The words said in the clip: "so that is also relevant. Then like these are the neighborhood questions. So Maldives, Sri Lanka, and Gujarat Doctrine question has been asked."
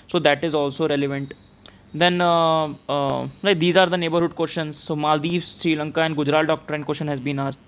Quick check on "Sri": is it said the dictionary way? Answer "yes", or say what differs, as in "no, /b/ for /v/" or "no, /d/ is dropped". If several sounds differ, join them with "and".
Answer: yes